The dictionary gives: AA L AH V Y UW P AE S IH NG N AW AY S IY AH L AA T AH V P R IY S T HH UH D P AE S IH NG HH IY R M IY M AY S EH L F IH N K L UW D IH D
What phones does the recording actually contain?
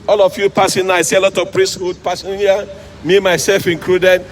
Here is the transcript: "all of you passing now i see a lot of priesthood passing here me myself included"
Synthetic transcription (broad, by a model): AA L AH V Y UW P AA S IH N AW AY S IY AH L AA T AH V P R IY S T HH UH D P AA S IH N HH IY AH M IY M AY S EH L F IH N K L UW D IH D